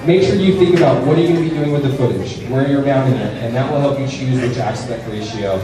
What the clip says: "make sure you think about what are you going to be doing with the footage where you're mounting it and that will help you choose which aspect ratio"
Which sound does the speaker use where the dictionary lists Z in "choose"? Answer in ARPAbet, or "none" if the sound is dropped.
Z